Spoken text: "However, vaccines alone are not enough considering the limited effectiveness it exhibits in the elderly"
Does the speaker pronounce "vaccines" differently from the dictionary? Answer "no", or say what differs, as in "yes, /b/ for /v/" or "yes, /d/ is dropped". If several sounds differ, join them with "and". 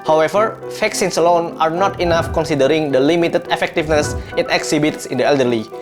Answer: yes, /f/ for /v/ and /s/ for /z/